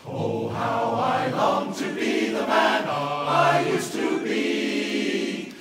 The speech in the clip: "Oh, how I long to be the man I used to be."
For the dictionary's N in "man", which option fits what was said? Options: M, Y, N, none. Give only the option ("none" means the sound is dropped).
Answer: N